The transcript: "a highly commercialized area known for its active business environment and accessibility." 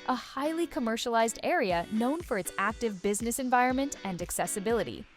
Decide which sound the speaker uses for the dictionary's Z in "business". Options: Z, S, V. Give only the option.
Z